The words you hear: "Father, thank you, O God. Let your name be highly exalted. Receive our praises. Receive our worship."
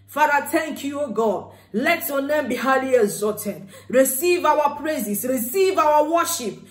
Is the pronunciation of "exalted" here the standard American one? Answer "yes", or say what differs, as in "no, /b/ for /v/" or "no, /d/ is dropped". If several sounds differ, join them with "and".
no, /l/ is dropped